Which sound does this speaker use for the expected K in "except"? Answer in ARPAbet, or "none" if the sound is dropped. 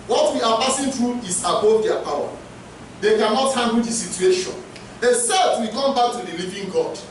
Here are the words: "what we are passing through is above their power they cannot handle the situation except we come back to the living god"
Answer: none